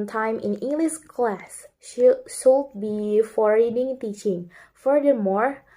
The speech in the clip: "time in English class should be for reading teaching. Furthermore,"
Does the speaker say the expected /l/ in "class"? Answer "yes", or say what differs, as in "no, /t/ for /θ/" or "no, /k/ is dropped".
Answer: yes